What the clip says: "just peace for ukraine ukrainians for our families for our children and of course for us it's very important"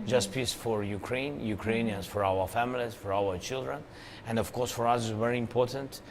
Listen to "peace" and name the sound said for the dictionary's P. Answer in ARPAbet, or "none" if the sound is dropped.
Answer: P